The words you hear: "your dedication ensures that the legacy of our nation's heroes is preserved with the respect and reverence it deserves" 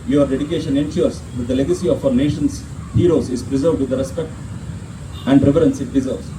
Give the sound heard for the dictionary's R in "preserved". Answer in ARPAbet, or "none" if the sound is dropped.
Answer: R